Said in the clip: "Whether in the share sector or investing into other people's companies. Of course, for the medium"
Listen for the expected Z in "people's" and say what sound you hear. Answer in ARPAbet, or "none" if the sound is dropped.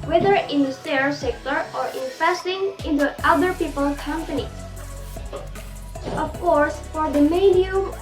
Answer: none